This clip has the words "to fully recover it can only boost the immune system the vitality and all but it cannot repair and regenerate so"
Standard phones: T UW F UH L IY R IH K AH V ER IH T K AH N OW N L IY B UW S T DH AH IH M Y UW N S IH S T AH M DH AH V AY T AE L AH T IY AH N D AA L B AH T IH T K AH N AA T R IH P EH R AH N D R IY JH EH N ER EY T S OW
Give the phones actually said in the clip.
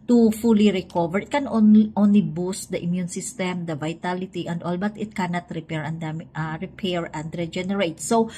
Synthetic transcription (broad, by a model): T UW F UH L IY R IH K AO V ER IH T K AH N OW N L IY B UW S T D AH IH M Y UW N S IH S T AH M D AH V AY T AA L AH T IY AH N D AA L B AH T IH T K AH N AA T R IH P EH R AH N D R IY JH EH N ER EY T S OW